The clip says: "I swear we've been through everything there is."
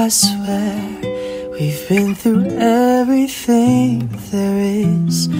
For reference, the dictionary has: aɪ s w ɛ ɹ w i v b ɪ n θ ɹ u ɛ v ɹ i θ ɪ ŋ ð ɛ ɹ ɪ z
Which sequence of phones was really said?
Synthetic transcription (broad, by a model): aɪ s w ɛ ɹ w i v b ɪ n θ ɹ u ɛ v ɹ i θ ɪ ŋ ð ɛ ɹ ɪ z